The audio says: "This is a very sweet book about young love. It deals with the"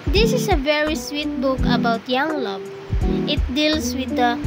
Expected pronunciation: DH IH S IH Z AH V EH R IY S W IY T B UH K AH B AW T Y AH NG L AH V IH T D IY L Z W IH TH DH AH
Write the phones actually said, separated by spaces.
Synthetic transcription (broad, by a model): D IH S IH S AH V EH R IY S W IY T B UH K AH B AW T Y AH NG L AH B IH T D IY L S W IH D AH